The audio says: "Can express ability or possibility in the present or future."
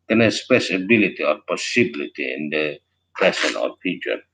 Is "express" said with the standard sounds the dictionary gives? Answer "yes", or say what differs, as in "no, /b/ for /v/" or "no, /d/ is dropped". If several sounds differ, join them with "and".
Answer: no, /k/ is dropped and /ɹ/ is dropped